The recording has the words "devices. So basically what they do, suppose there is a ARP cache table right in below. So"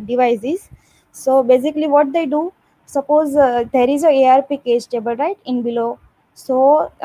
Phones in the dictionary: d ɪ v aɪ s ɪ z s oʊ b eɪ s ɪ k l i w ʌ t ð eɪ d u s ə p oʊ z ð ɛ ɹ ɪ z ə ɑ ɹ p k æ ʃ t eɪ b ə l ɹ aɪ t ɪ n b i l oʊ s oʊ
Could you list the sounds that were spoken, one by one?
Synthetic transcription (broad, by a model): d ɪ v aɪ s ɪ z s oʊ b eɪ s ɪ k l i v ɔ t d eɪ d u s ə p oʊ z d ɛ ɹ ɪ z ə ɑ ɹ p k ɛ s t eɪ b ə l ɹ aɪ t ɪ n b i l oʊ s oʊ